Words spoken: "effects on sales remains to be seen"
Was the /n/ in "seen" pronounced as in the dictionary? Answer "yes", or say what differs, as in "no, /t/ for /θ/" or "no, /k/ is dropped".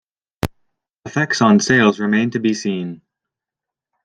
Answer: yes